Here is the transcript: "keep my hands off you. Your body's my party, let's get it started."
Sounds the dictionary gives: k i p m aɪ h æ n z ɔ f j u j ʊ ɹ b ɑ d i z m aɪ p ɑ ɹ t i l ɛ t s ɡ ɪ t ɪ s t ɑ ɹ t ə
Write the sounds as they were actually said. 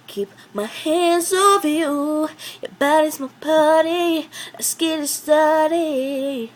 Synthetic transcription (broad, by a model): k i p m aɪ h æ n z ɔ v j u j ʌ b ɑ d i z m aɪ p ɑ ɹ t i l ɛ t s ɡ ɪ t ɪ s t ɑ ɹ t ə